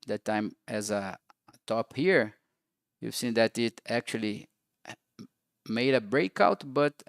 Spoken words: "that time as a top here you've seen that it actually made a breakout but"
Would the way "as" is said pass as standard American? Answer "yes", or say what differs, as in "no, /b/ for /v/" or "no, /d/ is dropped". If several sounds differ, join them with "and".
yes